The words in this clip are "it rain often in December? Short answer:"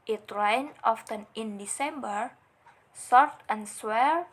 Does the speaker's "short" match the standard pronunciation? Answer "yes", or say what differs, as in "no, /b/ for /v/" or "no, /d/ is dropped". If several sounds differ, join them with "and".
no, /s/ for /ʃ/